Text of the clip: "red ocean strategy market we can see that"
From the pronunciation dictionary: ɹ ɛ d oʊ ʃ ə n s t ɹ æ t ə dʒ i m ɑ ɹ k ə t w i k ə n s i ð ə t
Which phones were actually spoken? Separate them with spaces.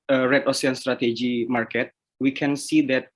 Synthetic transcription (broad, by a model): ɹ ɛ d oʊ s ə n s t ɹ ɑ t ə dʒ i m ɑ ɹ k ə t w i k ə n s i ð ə t